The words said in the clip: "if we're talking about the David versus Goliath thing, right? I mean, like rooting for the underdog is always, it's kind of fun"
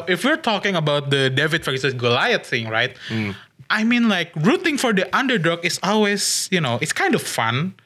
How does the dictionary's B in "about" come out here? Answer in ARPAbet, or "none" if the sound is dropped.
B